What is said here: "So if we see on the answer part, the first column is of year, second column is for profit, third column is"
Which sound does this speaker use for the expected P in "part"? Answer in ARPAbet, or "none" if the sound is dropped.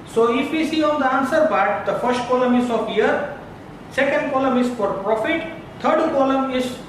B